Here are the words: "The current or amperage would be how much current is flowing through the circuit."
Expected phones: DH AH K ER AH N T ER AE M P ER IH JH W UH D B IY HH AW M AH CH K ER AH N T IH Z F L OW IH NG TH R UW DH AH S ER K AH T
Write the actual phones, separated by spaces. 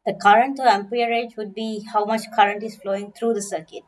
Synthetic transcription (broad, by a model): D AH K ER AH N T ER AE M P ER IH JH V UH D B IY HH AW M AH CH K ER AH N T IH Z F L OW IH NG T R UW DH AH S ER K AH T